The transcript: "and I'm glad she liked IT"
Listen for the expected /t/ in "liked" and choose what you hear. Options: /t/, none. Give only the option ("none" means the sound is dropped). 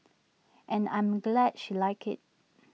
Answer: none